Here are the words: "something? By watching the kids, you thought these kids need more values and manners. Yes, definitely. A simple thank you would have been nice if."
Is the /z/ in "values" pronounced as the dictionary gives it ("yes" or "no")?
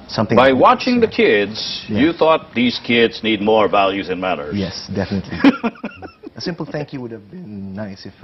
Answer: yes